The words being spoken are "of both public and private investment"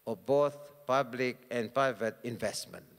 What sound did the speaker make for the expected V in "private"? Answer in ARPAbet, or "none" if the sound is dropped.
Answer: V